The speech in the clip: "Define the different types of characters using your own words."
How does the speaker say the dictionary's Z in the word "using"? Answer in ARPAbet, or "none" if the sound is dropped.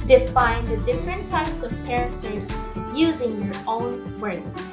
Z